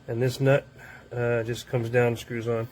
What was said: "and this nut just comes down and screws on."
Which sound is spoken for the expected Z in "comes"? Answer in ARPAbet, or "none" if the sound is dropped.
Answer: Z